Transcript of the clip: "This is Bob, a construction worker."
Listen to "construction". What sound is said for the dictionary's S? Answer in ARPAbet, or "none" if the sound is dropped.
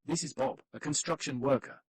S